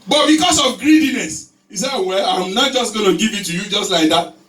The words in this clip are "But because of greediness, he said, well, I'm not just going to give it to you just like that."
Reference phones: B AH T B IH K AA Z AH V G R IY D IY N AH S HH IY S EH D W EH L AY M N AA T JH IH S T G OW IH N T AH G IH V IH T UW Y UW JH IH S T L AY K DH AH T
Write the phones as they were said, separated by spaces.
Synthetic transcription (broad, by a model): B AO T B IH K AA S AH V G R IY D IY N AH S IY S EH W EH L AY M N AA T JH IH S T G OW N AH G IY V IH T UW Y UW JH IH S T L AY K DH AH T